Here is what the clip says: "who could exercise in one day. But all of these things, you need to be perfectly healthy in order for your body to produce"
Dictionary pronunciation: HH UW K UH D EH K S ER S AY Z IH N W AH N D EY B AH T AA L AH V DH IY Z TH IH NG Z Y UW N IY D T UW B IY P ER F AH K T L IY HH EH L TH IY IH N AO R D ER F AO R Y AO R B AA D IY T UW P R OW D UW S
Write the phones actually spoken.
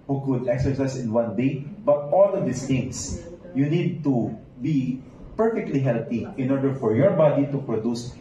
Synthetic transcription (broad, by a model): HH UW K UH D EH K S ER S AY S IH N W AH N D EY B AH T AA L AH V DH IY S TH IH NG S Y UW N IY D T UW B IY P ER F AH K T L IY HH EH L T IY IH N AO R D ER F AO R Y AO R B AA D IY T UW P R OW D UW S